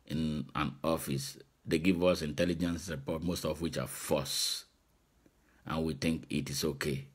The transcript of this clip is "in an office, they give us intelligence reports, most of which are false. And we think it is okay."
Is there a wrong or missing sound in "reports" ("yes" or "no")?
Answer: yes